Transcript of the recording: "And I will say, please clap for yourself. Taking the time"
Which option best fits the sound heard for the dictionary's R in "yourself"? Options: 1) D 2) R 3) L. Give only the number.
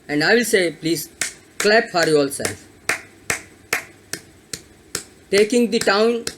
3